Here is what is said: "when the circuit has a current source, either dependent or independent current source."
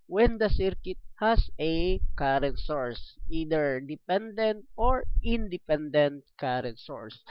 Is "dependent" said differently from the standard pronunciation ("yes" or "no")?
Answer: no